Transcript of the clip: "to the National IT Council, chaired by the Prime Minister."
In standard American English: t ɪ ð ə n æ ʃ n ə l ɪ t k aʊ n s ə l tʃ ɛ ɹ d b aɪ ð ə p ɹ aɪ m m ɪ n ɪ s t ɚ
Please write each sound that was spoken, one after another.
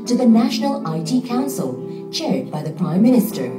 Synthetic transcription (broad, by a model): t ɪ ð ə n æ ʃ n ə l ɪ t k aʊ n s ə l tʃ ɛ ɹ d b aɪ ð ə p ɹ aɪ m m ɪ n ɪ s t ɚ